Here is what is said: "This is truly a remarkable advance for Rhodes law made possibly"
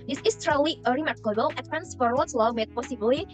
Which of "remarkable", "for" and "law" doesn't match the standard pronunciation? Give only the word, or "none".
none